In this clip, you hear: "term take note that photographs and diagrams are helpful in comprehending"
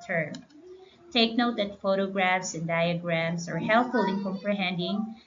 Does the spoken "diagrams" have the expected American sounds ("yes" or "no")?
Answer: no